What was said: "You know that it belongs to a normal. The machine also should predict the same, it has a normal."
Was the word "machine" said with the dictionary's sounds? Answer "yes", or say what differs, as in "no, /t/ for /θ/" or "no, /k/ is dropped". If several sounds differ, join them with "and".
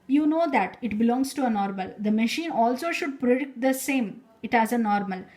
yes